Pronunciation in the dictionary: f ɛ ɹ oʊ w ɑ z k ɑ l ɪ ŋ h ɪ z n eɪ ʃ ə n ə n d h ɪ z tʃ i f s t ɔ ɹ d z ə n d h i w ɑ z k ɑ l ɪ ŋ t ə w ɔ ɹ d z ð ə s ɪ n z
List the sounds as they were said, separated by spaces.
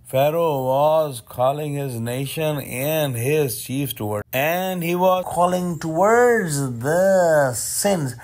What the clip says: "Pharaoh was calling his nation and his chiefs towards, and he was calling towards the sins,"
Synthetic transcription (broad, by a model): f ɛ ɹ oʊ w ɑ z k ɑ l ɪ ŋ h ɪ z n eɪ ʃ ə n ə n h ɪ z tʃ i f t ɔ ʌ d ə n d h i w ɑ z k ɑ l ɪ ŋ t ə w ɔ ɹ d z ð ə s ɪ n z